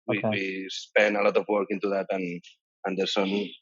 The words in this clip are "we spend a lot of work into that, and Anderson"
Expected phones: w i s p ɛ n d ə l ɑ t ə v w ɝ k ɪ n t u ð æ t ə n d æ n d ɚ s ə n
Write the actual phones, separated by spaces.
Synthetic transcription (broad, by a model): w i s p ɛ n ə l ɑ t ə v w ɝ k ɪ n t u ð æ t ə n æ n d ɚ s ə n